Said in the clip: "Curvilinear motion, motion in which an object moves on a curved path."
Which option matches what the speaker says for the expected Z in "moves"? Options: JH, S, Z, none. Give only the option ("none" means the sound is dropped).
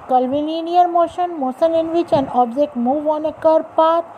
none